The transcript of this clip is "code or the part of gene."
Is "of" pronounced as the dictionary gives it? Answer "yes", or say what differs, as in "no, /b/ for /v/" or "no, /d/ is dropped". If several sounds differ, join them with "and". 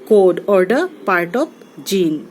no, /p/ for /v/